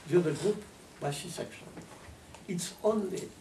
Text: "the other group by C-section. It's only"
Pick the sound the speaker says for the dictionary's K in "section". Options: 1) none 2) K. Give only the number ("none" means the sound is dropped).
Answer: 2